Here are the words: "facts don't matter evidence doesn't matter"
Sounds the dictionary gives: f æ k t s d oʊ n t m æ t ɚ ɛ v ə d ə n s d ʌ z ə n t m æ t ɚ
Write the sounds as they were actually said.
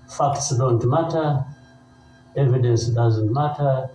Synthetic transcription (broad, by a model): f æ k t s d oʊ n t m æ t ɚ ɛ v ə d ə n s d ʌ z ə n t m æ t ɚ